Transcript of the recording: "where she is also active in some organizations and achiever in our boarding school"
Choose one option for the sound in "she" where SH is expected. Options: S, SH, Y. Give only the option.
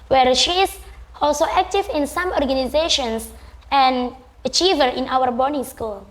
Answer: SH